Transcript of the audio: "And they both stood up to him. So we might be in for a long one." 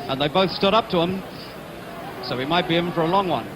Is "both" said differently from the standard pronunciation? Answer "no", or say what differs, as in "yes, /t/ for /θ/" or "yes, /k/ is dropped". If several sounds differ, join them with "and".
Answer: no